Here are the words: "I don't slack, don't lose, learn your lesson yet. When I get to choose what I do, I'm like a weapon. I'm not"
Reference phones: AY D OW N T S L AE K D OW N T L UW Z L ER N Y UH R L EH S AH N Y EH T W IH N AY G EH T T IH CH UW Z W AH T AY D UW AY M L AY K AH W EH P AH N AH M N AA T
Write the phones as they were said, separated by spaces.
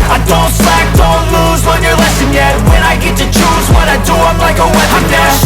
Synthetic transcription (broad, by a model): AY D OW N T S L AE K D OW N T L UW Z W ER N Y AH R L EH S AH N Y EH T W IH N AY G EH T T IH CH UW Z W AH T AY D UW AY M L AY K AH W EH AH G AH